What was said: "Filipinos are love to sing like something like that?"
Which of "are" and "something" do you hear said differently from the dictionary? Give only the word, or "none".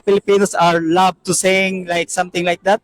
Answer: something